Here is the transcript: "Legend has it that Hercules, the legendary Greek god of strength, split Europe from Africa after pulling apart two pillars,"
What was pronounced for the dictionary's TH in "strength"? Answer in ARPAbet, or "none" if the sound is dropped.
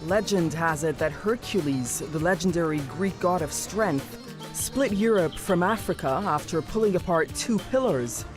TH